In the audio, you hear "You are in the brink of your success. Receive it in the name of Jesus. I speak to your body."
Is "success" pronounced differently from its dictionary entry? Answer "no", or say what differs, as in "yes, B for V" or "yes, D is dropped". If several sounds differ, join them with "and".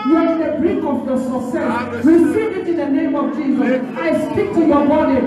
yes, K is dropped